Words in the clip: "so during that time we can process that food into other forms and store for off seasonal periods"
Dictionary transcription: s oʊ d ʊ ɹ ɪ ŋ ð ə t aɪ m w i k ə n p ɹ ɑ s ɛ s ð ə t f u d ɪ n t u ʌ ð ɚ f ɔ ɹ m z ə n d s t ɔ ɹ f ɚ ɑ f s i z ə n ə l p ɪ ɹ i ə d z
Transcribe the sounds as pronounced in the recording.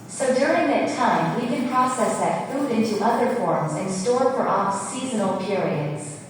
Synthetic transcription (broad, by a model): s oʊ d ʊ ɹ ɪ ŋ ð ə t aɪ m w i k ə n p ɹ ɑ s ɛ s ð ə t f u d ɪ n t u ʌ ð ɚ f ɔ ɹ m z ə n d s t ɔ ɹ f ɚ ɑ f s i z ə n l p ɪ ɹ i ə d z